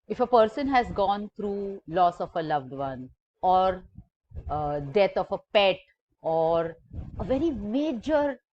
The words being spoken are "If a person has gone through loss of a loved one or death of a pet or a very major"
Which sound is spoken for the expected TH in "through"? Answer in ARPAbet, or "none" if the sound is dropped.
T